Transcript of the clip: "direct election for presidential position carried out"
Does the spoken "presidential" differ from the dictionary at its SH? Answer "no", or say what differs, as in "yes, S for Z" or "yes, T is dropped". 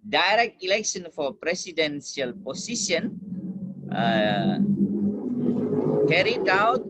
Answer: yes, S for SH